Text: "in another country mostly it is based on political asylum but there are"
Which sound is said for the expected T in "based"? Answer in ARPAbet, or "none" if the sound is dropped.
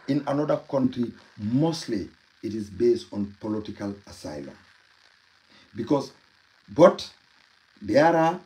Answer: T